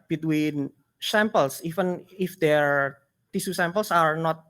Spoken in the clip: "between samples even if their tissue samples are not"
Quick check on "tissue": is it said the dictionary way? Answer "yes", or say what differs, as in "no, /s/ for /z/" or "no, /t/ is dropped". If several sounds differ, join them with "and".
no, /s/ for /ʃ/